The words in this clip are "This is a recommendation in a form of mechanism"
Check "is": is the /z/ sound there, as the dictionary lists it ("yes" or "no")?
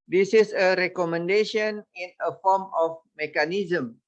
no